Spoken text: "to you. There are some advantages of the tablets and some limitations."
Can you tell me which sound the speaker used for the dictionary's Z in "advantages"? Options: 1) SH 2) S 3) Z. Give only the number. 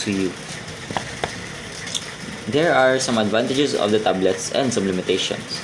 2